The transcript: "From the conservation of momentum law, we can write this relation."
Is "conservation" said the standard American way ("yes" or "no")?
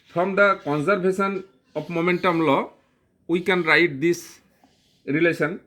no